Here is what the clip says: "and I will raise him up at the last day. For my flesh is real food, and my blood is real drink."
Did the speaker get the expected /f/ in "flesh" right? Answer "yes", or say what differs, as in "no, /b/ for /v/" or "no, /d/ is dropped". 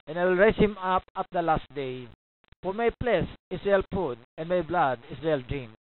no, /p/ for /f/